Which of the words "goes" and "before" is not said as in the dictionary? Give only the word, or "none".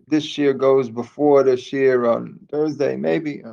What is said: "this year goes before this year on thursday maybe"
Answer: none